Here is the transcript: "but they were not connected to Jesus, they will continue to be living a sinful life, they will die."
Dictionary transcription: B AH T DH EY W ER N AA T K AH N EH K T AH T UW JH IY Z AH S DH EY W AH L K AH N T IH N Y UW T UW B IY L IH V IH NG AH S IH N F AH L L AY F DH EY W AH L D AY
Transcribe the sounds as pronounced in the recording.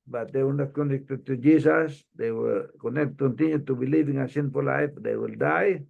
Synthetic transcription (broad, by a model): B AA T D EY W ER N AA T K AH N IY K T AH T UW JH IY S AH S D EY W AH N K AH N T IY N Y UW T UW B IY L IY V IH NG AH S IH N P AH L L AY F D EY W AH L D AY